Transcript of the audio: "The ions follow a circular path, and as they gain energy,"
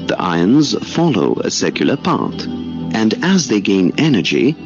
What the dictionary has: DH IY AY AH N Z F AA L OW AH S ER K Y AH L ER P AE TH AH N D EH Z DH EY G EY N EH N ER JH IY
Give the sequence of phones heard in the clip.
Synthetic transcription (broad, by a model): DH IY AY AH N Z F AA L OW AH S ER K Y L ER P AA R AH N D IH Z DH EY G EY N EH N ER JH IY